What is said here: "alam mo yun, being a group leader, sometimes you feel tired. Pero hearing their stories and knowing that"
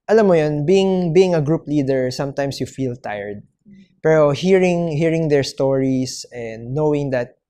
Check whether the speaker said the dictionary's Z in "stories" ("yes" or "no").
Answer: no